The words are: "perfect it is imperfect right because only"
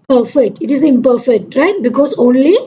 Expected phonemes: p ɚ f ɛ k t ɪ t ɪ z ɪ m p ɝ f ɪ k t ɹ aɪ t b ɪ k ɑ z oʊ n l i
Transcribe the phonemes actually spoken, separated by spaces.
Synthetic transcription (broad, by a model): p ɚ f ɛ k t ɪ t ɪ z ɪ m p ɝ f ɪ k t ɹ aɪ t b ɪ k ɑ s oʊ n l i